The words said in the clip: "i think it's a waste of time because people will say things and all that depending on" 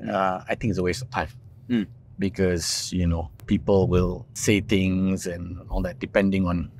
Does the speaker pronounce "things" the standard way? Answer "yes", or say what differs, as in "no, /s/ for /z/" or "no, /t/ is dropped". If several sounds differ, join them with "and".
no, /t/ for /θ/